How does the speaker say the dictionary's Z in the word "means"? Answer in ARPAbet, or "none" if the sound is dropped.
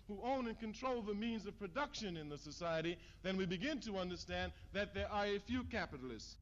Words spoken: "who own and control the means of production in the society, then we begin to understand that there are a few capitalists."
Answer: Z